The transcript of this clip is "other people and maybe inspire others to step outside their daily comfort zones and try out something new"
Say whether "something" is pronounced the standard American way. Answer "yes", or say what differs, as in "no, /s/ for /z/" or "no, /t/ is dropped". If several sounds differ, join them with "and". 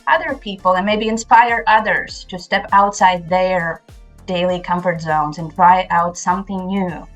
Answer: yes